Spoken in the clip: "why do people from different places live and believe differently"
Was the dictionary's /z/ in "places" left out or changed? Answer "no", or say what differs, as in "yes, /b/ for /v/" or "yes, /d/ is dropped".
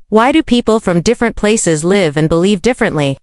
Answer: no